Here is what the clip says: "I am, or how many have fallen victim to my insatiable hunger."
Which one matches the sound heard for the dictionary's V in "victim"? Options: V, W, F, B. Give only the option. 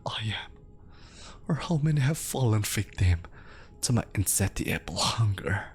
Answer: F